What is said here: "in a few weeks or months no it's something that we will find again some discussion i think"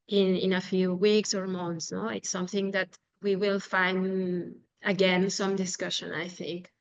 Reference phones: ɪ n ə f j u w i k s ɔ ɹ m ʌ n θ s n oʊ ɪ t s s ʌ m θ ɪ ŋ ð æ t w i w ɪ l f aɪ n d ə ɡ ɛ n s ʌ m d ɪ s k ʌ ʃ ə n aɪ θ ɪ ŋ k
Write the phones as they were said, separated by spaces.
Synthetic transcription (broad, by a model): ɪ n ə f j u w i k s ɔ ɹ m ʌ n θ s n oʊ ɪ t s s ʌ m θ ɪ ŋ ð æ t w i w ɪ l f aɪ n d ə ɡ ɛ n s ʌ m d ɪ s k ʌ ʃ ə n aɪ θ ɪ ŋ k